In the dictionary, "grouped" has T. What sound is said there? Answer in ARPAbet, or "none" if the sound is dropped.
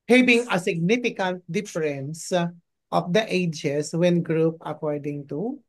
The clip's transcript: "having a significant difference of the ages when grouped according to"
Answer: none